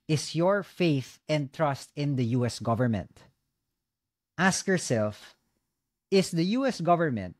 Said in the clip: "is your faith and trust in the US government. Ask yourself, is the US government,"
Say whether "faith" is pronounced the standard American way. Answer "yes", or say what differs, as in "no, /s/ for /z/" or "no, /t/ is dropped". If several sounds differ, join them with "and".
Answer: yes